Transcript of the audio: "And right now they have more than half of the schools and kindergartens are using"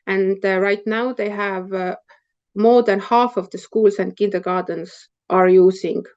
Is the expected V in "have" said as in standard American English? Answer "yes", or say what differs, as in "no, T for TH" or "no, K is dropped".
yes